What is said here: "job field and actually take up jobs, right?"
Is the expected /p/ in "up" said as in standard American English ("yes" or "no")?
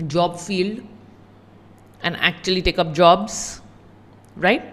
yes